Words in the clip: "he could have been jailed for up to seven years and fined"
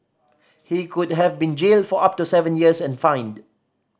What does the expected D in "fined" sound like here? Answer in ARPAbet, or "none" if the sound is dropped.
D